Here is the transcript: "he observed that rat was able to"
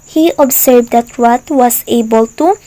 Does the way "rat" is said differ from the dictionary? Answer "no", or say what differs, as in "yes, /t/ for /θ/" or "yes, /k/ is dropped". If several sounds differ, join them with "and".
yes, /w/ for /ɹ/